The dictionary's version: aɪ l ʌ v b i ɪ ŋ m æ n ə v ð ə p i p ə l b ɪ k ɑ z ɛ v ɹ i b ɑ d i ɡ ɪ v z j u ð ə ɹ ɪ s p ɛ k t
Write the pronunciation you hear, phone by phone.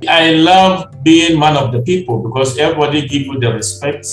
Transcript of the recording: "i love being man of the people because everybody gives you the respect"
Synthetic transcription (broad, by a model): aɪ l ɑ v b i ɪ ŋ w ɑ n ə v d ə p i p ə l b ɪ k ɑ s ɛ v ɹ i b ɑ d i ɡ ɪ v j u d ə ɹ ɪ s p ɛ k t